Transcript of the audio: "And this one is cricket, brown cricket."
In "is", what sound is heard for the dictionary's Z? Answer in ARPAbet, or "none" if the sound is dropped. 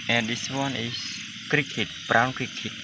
S